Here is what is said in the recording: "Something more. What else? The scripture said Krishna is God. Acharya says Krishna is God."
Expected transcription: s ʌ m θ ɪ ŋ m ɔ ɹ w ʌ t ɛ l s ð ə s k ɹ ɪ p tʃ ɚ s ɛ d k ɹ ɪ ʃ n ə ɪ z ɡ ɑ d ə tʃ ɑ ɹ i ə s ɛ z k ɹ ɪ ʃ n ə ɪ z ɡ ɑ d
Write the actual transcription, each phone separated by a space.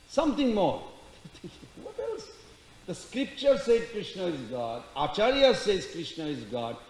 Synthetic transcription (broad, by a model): s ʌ m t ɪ ŋ m ɔ ɹ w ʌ t ɛ l s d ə s k ɹ ɪ p tʃ ɚ s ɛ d k ɹ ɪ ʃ n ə ɪ z ɡ ɑ d ə tʃ ɑ ɹ i ə s ɛ z k ɹ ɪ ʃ n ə ɪ z ɡ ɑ d